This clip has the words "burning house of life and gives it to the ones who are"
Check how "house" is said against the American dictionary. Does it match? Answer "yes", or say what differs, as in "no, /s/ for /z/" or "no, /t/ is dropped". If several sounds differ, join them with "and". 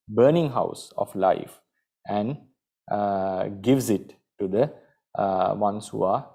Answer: yes